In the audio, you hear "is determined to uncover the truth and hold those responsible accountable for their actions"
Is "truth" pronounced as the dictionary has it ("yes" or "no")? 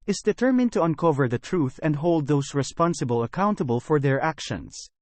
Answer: yes